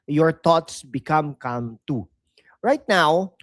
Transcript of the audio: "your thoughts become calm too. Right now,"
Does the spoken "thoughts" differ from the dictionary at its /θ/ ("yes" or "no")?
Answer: yes